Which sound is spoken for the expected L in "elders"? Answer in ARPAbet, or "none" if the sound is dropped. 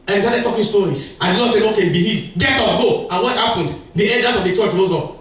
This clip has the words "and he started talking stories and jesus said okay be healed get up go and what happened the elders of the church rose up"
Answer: N